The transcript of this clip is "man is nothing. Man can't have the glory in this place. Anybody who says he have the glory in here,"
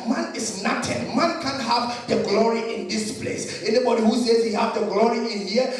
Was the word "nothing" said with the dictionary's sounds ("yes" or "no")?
no